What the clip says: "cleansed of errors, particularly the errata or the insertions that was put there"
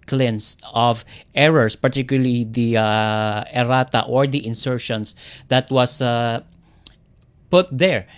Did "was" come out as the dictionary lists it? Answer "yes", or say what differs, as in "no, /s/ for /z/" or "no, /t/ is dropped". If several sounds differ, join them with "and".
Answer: no, /s/ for /z/